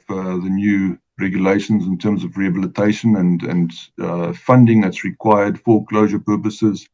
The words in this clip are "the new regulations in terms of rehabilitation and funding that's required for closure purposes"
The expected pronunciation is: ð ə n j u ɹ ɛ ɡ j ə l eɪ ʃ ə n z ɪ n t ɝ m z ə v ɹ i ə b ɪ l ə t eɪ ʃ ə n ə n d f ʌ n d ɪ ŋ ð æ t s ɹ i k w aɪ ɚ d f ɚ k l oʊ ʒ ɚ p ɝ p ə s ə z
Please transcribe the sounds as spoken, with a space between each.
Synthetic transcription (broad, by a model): ð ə n j u ɹ ɛ ɡ j ə l eɪ ʃ ə n z ɪ n t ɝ m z ə v ɹ i ə b ɪ l ə t eɪ ʃ ə n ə n d f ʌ n d ɪ ŋ ð æ t s ɹ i k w aɪ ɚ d f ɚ k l oʊ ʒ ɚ p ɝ p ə s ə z